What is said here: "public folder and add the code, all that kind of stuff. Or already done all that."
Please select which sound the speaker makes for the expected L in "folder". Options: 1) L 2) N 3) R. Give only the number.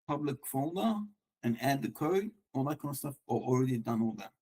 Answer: 2